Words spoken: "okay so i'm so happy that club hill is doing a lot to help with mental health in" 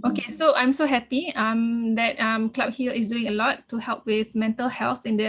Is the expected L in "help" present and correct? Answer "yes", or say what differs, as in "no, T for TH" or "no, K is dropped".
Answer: yes